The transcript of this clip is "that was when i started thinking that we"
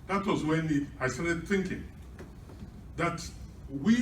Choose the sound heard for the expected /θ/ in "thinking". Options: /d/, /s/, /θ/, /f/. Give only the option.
/θ/